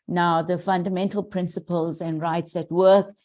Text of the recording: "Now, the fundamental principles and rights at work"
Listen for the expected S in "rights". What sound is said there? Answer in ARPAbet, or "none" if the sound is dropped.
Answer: S